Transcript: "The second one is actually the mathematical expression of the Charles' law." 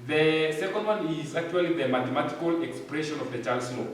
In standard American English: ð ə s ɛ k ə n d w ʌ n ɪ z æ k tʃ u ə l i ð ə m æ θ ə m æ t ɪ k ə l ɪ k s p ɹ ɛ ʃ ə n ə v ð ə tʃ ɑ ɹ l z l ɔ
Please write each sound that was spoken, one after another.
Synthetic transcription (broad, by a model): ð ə s ɛ k ə n d w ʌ n ɪ z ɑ k tʃ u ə l i ð ə m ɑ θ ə m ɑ t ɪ k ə l ɪ k s p ɹ ɛ ʃ ə n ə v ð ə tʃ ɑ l s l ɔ